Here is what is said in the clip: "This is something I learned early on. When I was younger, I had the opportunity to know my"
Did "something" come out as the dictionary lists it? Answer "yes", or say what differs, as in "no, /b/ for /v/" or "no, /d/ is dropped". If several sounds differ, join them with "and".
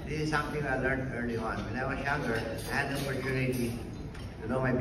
no, /t/ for /θ/